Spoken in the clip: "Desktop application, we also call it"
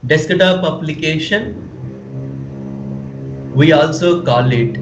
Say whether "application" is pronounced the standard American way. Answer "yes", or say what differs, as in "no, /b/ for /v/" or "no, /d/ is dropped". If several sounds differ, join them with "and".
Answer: no, /b/ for /p/